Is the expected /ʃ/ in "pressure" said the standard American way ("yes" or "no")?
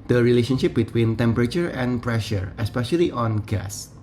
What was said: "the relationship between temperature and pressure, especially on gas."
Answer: yes